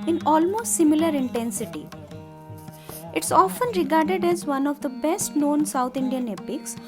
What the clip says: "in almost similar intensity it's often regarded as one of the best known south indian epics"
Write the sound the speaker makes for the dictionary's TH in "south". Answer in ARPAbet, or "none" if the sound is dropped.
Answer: T